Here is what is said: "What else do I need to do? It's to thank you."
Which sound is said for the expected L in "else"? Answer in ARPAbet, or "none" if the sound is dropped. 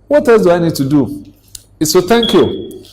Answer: none